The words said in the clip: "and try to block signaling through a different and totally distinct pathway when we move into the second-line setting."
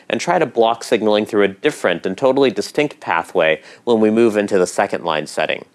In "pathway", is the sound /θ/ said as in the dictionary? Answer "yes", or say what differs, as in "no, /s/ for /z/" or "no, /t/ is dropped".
yes